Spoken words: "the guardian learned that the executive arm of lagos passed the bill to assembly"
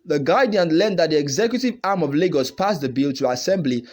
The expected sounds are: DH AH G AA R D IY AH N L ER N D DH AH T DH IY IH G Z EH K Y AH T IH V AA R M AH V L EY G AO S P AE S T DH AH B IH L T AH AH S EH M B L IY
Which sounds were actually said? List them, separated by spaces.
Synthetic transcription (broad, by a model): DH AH G AA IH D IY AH N L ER N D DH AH T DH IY IH G Z EH K Y AH T IH V AA R M AH V L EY G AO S P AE S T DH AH B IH L T AH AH S EH M B L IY